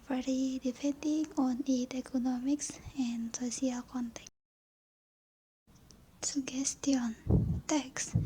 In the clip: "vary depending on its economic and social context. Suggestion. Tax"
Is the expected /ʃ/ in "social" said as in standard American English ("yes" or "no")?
no